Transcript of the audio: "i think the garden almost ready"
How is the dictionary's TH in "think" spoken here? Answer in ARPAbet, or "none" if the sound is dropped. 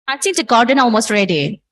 S